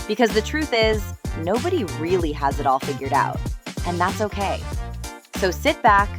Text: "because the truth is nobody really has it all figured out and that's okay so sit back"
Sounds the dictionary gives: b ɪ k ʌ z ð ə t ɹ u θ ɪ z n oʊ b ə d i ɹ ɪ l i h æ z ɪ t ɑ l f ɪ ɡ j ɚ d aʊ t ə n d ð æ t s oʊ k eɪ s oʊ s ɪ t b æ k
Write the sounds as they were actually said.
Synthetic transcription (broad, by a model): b ɪ k ʌ z ð ə t ɹ u θ ɪ z n oʊ b ə d i ɹ ɪ l i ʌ z ɪ t ɑ l f ɪ ɡ j ɚ d aʊ t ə n ð æ t s oʊ k eɪ s oʊ s ɪ t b æ k